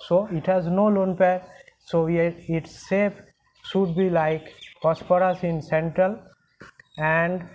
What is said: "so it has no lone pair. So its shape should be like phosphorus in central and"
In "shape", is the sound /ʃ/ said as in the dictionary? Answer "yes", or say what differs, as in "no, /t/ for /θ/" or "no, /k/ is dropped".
no, /s/ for /ʃ/